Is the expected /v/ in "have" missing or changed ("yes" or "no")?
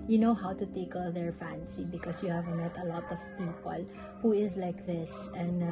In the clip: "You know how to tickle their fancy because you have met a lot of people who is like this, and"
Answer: no